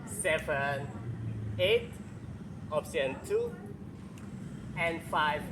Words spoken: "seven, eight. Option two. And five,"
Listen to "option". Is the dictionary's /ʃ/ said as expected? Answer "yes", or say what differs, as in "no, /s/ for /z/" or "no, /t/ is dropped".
no, /s/ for /ʃ/